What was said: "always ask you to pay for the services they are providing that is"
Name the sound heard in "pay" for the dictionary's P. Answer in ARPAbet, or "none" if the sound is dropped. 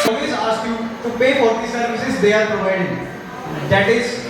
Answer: P